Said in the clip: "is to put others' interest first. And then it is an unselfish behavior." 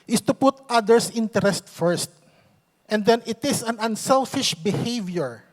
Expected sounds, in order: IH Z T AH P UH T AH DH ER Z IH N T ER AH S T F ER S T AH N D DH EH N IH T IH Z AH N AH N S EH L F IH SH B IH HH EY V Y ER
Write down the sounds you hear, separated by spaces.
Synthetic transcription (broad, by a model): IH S T AH P UH T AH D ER S IH N T ER AH S T F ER S T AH N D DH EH N IH T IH S AH N AH N S EH L F IH SH B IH HH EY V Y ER